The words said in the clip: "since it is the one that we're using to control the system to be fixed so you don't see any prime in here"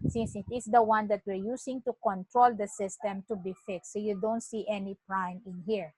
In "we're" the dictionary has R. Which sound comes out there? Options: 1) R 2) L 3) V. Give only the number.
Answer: 1